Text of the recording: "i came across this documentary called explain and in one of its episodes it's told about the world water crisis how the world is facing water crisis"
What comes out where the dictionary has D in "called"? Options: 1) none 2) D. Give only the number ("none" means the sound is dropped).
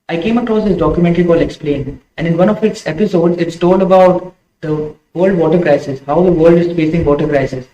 1